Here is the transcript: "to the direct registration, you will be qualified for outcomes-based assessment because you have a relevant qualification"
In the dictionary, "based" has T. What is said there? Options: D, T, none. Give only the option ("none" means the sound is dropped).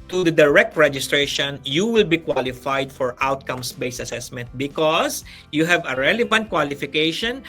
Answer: none